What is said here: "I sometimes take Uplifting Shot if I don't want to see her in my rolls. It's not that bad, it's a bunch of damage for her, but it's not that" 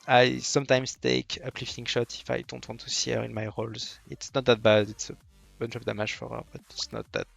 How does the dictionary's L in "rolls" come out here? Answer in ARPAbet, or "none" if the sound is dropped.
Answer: L